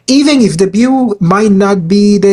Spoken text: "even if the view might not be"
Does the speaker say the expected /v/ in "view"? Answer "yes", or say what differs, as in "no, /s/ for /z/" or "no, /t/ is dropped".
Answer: no, /b/ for /v/